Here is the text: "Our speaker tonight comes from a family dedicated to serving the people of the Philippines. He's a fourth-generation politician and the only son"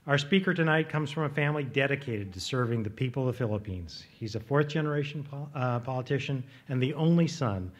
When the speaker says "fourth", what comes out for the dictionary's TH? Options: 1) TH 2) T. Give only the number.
1